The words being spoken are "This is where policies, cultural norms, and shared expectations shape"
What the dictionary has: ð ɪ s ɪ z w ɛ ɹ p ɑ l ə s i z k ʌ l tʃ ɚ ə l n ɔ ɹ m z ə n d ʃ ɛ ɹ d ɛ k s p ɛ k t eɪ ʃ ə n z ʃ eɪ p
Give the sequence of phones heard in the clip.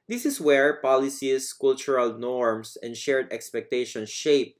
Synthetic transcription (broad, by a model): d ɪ s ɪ s w ɛ ɹ p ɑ l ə s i s k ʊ l tʃ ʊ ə l n ɔ ɹ m s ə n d ʃ ɛ ɹ d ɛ k s p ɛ k t eɪ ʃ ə n ʃ eɪ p